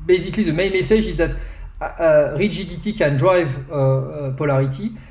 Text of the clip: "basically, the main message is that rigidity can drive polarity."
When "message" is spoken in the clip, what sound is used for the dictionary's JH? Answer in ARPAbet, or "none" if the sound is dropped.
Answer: ZH